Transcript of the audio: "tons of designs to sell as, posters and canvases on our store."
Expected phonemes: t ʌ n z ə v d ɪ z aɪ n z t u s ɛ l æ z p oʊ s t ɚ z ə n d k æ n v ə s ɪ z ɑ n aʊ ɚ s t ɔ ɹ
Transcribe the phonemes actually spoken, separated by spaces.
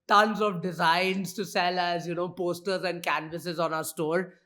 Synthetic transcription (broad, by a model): t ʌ n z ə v d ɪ z aɪ n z t u s ɛ l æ z p oʊ s t ɚ z ə n d k æ n v ə s ɪ z ɑ n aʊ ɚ s t ɔ ɹ